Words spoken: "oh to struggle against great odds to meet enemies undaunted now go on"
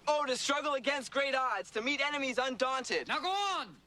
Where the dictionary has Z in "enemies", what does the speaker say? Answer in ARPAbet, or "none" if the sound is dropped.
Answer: Z